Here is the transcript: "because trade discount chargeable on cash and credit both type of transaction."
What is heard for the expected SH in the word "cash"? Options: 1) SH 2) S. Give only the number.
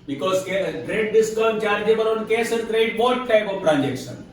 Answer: 2